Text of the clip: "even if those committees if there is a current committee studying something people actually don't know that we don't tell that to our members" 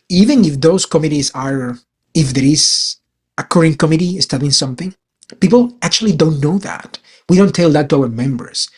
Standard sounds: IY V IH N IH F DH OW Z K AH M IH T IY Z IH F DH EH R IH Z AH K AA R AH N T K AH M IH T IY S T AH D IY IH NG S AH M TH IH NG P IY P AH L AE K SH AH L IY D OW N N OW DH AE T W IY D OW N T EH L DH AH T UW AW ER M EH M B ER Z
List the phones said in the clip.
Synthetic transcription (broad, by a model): IY V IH N IH F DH OW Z K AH M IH T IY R IH F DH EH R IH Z AH K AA R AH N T K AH M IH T IY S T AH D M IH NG S AH M TH IH NG P IY P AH L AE K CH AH L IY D OW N N OW DH AE T W IY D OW N T EH L DH AH T UW AW ER M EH M B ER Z